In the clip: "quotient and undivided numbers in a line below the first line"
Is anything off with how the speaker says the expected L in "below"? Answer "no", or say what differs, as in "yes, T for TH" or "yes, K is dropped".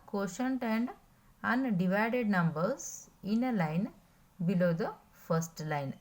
no